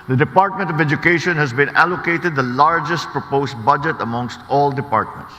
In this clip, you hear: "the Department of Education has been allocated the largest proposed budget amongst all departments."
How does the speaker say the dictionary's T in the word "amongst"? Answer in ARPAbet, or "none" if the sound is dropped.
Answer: T